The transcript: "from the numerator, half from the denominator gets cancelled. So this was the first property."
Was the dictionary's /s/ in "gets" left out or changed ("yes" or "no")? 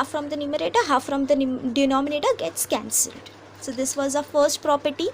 no